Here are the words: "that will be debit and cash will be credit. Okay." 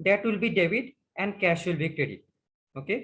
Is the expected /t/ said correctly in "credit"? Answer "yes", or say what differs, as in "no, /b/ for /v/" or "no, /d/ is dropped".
no, /t/ is dropped